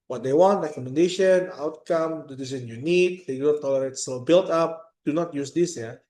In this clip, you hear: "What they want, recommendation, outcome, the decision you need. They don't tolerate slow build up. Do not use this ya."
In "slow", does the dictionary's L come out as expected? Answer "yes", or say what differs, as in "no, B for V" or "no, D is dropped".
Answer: no, L is dropped